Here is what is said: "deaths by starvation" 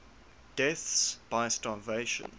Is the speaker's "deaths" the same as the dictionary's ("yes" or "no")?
yes